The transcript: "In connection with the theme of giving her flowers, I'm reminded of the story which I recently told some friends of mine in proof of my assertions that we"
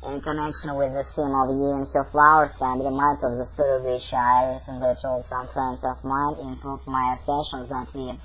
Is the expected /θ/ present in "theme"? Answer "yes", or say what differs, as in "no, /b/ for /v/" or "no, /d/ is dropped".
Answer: no, /s/ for /θ/